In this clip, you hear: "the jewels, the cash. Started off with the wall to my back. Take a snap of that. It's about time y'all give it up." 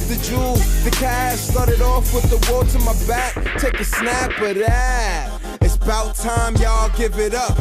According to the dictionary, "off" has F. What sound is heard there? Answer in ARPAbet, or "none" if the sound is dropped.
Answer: F